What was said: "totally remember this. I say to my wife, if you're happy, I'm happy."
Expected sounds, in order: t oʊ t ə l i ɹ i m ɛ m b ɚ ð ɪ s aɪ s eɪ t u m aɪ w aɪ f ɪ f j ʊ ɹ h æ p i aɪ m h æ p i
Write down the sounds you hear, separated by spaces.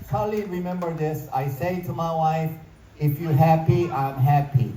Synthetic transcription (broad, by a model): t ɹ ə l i ɹ i m ɛ m b ɚ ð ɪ s aɪ s eɪ t u m aɪ w aɪ f ɪ f j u h æ p i aɪ m h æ p i